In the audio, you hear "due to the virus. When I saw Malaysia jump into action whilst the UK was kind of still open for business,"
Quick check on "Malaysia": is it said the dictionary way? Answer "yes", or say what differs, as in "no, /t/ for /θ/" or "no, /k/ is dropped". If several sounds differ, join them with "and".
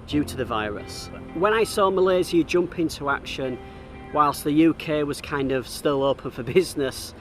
no, /z/ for /ʒ/